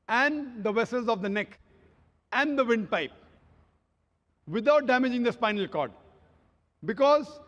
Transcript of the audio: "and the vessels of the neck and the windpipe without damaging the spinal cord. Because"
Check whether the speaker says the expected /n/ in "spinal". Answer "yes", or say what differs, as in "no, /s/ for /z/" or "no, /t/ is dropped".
yes